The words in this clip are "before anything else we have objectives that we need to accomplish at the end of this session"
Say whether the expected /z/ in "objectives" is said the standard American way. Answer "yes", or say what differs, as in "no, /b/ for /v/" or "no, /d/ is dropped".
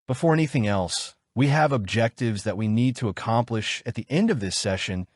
yes